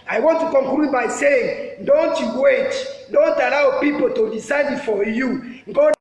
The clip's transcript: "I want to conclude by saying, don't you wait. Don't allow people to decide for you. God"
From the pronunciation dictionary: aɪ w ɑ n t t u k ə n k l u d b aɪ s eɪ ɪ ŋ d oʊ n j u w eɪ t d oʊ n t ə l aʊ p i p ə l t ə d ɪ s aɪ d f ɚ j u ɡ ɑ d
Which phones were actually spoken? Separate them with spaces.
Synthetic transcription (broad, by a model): aɪ w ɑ n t t u k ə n k l u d b aɪ s eɪ ɪ ŋ d oʊ n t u w eɪ t d oʊ n t ə l aʊ p i p ə l t ə d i s aɪ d f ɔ j u ɡ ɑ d